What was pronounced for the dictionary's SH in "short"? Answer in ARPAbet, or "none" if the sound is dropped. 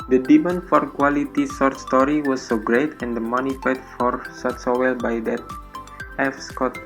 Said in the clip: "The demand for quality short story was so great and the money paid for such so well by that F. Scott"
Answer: S